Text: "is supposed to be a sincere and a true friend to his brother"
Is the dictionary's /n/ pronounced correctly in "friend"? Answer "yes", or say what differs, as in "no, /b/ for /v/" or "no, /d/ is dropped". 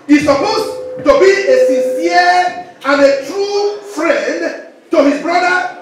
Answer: yes